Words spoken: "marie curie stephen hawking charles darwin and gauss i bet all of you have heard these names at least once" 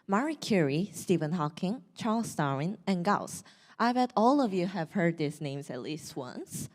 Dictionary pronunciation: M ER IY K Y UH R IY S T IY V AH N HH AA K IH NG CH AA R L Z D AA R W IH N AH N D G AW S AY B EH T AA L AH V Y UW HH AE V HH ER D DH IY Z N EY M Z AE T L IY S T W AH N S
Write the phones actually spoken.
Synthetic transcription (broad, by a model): M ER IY K Y UH R IY S T IY V AH N HH AA K IH NG CH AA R L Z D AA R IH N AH N G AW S AY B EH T AA L AH V Y UW HH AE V HH ER D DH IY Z N EY M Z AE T L IY S T W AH N S